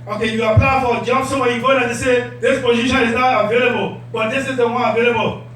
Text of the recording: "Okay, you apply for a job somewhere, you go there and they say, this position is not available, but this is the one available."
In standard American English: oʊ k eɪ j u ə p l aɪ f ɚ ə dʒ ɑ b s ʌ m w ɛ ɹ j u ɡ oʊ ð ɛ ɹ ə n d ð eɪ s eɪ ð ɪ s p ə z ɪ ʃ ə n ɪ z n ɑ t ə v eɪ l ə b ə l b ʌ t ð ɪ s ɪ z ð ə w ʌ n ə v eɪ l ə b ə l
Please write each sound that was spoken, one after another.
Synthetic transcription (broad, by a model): oʊ k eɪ j u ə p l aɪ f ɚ ə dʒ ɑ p s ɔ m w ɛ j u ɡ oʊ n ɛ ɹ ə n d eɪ s eɪ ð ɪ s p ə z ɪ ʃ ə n ɪ z n ɑ t ə v eɪ l ə b ə l b ʌ t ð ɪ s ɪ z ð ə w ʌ ə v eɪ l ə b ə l